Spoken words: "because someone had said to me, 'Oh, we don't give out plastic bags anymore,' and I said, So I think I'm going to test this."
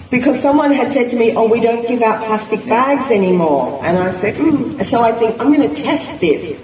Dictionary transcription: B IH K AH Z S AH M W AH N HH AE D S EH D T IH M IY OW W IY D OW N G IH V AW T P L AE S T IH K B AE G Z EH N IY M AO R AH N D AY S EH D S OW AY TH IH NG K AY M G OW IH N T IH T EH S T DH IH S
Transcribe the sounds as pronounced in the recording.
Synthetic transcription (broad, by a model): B IH K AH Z S AH M W AH N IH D S EH D T IH M IY OW W IY D OW N G IH V AW T P L AE S T IH K B AE G Z EH N IY M AO R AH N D AY S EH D S OW AY TH IH NG K AY M G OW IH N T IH T EH S T DH IH S